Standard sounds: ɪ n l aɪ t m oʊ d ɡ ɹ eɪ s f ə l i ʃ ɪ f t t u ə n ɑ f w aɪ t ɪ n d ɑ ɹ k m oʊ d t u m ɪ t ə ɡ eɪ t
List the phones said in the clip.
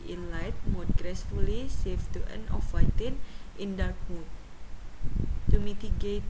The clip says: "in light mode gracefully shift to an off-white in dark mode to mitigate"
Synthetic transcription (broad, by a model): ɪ n l aɪ t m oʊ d ɡ ɹ eɪ s f ə l i s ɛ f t t u ə n ɑ f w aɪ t ɪ n d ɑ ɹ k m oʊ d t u m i t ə ɡ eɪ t